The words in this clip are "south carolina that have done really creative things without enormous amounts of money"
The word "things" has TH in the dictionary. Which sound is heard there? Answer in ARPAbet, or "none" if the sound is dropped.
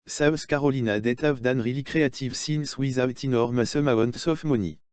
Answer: S